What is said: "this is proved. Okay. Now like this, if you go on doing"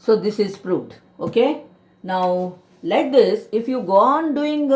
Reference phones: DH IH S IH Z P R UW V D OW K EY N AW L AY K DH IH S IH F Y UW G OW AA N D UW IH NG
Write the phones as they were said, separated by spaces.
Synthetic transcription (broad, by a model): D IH S IH Z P R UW D OW K EY N AW L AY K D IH S IH F Y UW G OW AA N D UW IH NG